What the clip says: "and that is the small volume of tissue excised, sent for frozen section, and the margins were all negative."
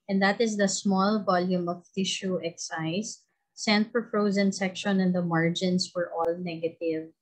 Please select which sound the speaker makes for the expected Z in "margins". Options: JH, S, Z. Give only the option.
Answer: S